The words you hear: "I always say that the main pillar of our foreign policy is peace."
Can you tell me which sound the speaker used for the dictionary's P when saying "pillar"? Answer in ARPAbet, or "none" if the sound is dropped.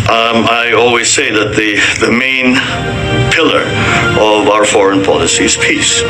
P